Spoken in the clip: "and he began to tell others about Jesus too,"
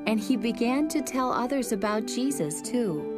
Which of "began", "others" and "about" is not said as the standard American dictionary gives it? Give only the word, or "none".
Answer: none